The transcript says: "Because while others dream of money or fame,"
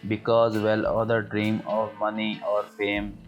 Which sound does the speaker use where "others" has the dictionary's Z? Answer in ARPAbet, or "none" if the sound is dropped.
none